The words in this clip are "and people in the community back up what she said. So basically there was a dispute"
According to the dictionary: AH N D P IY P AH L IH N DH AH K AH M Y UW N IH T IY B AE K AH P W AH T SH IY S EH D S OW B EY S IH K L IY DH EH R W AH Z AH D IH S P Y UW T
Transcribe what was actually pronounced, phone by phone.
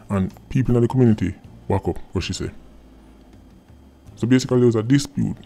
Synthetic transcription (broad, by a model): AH N P IY P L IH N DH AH K AH M Y UW N IH T IY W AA K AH P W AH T SH IY S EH S OW B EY S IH K IY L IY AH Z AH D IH S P Y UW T